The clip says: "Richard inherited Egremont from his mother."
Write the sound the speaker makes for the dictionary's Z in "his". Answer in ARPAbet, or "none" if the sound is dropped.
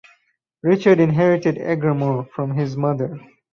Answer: Z